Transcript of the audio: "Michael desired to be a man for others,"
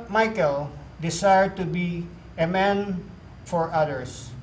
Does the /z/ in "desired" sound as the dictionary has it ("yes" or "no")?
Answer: no